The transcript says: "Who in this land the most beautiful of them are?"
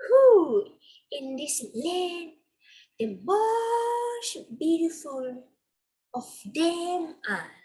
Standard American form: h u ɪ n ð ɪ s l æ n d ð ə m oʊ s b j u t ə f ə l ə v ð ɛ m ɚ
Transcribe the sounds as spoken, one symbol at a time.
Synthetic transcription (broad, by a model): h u ɪ n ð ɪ s l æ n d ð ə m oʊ ʃ b j u t ə f ə l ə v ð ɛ m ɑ